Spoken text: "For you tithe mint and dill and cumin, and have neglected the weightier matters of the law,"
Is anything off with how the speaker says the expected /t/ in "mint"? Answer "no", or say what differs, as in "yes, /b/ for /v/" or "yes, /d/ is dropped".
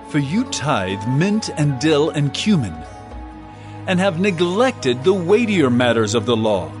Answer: no